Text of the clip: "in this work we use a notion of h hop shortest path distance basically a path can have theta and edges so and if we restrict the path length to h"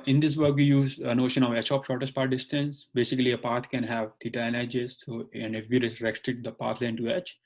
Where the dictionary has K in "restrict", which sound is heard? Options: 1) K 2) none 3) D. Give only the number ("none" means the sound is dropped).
2